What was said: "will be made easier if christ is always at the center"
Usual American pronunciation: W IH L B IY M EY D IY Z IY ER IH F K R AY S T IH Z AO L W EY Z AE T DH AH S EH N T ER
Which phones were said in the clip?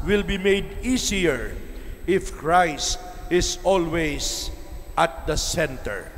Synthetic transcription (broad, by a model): W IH L B IY M EY D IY S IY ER IH F K R AY S T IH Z AO L W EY S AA T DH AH S EH N T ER